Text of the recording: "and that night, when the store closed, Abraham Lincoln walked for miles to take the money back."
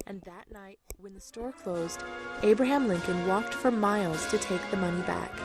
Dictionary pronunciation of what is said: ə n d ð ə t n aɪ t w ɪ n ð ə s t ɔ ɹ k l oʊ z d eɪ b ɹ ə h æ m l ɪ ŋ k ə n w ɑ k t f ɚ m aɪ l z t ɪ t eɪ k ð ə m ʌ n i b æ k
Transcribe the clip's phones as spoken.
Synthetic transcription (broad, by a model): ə n ð ə t n aɪ t w ɪ n ð ə s t ɔ ɹ k l oʊ z d eɪ b ɹ ə h æ m l ɪ ŋ k ə n w ɑ k t f ɚ m aɪ l z t ɪ t eɪ k ð ə m ʌ n i b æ k